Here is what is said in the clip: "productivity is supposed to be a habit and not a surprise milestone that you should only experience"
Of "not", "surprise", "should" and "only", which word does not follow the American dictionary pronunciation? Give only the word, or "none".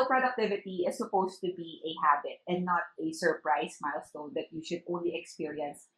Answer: surprise